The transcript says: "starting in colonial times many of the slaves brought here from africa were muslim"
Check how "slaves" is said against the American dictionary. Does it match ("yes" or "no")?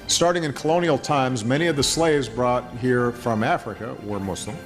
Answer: yes